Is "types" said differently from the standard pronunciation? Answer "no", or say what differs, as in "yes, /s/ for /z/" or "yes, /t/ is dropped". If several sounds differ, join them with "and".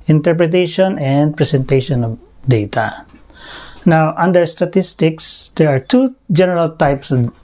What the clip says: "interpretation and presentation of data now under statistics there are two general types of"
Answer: no